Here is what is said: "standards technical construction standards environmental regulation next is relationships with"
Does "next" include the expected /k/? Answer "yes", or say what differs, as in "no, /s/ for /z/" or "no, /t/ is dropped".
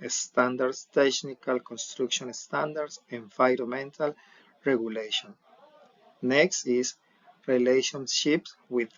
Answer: yes